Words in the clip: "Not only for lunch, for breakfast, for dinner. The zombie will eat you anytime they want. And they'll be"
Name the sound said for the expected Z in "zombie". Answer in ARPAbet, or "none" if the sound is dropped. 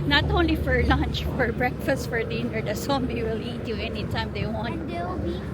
S